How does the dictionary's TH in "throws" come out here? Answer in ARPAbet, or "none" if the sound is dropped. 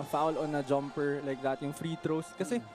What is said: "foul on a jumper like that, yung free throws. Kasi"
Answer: T